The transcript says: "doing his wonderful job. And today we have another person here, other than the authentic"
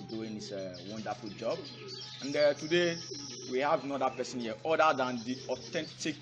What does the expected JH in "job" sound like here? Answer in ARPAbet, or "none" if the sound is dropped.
JH